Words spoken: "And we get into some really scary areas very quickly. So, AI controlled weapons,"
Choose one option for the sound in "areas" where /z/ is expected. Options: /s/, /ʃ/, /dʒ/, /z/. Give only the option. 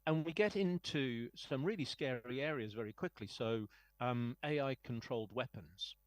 /z/